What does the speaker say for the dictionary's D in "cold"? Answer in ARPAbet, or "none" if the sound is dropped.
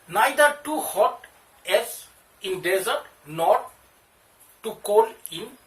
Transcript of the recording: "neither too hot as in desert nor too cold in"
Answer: none